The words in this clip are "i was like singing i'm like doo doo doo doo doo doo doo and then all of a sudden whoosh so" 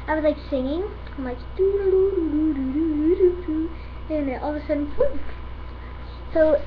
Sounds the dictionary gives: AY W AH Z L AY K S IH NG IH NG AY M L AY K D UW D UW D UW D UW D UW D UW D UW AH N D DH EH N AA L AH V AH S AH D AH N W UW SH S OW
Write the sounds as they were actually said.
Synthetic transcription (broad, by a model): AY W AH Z L AY K S IH NG IH NG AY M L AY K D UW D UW D UW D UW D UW D UW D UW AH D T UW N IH N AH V AH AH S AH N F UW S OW